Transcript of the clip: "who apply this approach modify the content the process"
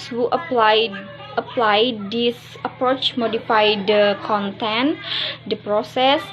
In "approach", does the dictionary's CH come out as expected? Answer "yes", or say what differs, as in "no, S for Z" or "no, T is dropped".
yes